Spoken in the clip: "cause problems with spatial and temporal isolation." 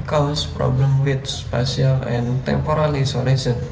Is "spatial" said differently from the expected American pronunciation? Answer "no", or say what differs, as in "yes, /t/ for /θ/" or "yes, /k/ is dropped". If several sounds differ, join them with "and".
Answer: yes, /s/ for /ʃ/